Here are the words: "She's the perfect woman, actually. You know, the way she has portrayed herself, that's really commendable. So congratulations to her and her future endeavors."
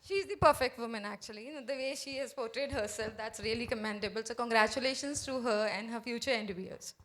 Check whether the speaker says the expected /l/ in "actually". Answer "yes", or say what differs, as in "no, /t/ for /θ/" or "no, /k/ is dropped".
no, /l/ is dropped